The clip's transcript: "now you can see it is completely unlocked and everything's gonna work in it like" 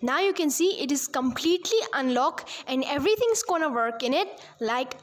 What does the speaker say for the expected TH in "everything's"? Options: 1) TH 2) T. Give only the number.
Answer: 2